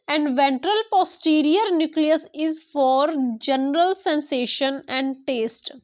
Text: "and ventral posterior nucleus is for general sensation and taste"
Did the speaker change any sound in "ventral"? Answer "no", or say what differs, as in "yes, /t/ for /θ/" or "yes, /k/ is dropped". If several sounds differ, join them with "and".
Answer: no